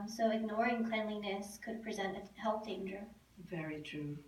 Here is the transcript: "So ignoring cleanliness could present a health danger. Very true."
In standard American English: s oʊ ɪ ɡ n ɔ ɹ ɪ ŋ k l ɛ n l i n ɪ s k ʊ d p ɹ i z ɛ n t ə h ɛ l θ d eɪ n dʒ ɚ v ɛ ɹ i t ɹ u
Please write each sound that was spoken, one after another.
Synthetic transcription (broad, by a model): s oʊ ɪ ɡ n ɔ ɹ ɪ ŋ k l ɛ n l i n ɪ s k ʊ d p ɹ i z ɛ n t ə h ɛ l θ d eɪ n dʒ ɚ v ɛ ɹ i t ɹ u